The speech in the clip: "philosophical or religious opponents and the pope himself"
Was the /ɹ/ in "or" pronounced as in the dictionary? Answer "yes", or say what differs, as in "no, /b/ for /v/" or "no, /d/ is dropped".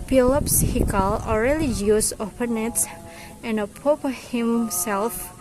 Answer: no, /l/ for /ɹ/